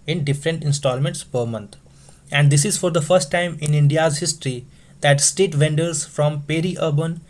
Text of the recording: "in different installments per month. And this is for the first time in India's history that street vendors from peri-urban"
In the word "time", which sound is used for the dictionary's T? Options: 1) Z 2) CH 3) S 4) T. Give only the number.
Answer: 4